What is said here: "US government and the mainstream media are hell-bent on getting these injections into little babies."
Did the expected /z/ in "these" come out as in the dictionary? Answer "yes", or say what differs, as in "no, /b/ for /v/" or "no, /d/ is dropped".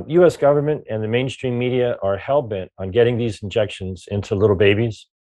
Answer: yes